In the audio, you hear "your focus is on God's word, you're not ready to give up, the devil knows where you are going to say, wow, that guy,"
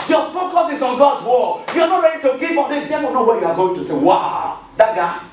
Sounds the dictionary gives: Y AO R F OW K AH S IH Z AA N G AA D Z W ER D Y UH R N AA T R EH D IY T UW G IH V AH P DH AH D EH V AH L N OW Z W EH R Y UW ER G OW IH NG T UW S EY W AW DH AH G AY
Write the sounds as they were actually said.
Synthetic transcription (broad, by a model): Y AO F OW K AH S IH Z AA N G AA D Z W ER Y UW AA N AA T R EH D IY T UW G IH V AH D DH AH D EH AH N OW W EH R Y UW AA G OW IH NG T UW S EY W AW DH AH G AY